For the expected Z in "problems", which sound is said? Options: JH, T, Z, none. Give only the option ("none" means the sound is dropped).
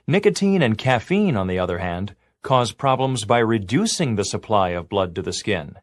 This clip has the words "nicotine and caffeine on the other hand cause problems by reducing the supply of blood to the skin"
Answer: Z